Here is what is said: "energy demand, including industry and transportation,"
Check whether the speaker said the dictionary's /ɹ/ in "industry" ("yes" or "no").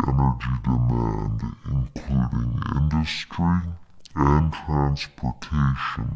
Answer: yes